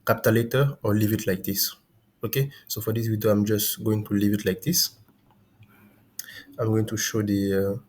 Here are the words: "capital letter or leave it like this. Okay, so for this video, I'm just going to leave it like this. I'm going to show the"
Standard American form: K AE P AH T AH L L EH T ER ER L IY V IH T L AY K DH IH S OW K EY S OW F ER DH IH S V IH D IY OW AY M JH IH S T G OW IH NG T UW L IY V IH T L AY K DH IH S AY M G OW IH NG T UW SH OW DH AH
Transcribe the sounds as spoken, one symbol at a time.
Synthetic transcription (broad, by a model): K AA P T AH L L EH T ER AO L IY V IH T L AY K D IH S OW K EY S OW F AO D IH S W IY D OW AY M JH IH S G OW IH NG T UW L IY V IH T L AY K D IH S AY M G OW IH NG T UW SH OW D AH